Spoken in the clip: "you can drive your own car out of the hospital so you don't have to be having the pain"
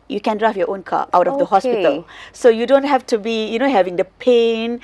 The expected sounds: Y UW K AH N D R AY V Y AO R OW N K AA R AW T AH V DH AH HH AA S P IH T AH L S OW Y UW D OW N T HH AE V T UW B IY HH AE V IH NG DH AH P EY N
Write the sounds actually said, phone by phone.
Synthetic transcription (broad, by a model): Y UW K AH N D R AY F Y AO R OW N K AA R AW T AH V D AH HH AA S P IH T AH L S OW Y UW D OW N T HH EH F T UW B IY HH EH V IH NG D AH P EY N